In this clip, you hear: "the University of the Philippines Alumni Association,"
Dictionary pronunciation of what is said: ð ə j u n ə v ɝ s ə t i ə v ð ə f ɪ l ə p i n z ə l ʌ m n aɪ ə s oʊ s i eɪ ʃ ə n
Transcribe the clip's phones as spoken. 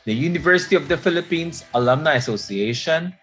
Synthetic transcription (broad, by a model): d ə j u n ə v ɝ s ə t i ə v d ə f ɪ l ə p i n s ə l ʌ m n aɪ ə s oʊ s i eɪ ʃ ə n